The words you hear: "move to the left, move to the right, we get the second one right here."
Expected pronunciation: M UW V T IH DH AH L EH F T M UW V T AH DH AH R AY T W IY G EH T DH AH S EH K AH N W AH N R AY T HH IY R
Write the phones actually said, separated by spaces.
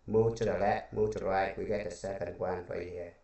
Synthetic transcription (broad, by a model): M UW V T IH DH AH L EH T M UW V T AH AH R AY T W IY G EH T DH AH S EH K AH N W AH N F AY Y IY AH